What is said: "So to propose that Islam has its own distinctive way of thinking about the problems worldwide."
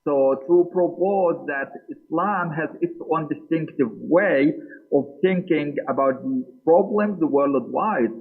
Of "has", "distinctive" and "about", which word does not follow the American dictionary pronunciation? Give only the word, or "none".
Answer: none